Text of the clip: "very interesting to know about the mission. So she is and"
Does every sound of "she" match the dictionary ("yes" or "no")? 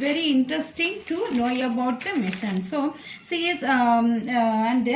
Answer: no